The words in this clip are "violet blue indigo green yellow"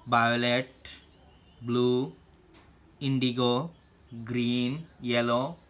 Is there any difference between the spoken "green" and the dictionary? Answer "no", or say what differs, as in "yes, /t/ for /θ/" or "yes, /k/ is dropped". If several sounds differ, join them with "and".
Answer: no